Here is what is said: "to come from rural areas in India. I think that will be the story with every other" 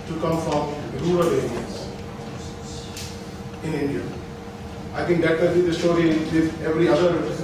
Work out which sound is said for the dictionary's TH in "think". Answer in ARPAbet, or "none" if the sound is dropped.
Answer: T